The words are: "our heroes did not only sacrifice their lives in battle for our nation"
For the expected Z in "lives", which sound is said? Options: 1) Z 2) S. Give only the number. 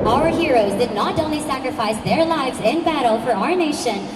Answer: 1